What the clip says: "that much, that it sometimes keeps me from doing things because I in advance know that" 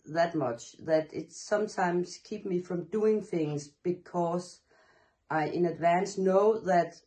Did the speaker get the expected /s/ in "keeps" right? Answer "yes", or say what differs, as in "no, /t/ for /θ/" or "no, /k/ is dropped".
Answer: no, /s/ is dropped